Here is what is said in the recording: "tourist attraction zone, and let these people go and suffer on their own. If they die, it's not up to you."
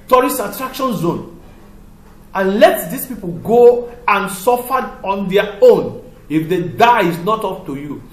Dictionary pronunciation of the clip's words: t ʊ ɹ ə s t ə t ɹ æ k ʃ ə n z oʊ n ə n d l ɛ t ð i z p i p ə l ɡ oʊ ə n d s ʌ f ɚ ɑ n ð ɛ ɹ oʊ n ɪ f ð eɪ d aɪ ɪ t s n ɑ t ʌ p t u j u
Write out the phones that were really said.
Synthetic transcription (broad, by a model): t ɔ ɹ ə s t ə t ɹ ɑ k ʃ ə n z oʊ n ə n l ɛ t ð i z p i p ə l ɡ oʊ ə n s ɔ f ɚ ɑ n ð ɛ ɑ oʊ n ɪ f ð eɪ d aɪ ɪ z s n ɑ t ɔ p t u j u